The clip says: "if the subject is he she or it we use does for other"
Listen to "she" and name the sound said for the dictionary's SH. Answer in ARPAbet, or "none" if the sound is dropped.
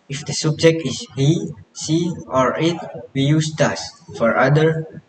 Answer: S